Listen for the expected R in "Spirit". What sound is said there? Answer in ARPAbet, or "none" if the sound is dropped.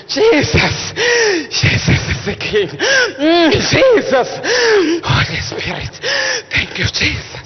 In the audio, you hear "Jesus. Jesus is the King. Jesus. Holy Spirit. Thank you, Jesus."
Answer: none